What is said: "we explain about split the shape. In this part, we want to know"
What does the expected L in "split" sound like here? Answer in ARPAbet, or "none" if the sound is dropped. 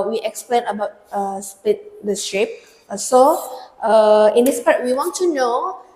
none